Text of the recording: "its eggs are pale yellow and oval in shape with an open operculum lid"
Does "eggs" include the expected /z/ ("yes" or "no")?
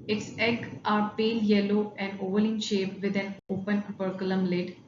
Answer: no